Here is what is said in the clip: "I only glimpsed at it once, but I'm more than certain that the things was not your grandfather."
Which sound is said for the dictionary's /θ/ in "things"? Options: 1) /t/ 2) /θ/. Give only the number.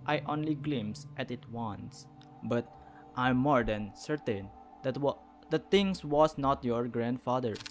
1